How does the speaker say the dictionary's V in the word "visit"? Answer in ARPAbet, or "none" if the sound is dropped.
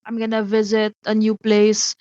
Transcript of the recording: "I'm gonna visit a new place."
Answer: V